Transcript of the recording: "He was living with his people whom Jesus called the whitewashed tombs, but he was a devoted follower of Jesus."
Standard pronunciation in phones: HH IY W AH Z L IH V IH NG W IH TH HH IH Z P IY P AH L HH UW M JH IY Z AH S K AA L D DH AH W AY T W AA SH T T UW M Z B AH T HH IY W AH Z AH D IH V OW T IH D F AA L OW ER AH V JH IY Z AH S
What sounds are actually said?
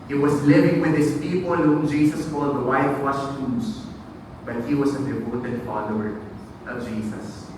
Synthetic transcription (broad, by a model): HH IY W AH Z L IH V IH NG W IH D HH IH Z P IY P AH L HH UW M JH IY S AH S K AA L D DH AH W AY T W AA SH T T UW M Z B AH T HH IY W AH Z AH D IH P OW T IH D F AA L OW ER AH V JH IY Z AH S